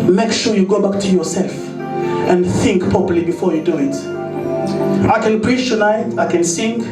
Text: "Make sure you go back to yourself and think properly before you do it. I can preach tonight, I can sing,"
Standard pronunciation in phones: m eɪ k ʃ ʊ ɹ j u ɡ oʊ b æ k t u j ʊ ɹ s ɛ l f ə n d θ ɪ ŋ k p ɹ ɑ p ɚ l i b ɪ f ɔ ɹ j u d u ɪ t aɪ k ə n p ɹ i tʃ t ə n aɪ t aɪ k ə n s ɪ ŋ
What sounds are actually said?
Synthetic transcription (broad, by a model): m eɪ k ʃ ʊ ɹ j u ɡ oʊ b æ k t u j ʊ ɹ s ɛ l f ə n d θ ɪ ŋ k p ɹ ɑ p ɚ l i b ɪ f ɔ ɹ j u d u ɪ t aɪ k ə n p ɹ i tʃ t ə n aɪ t aɪ k ə n s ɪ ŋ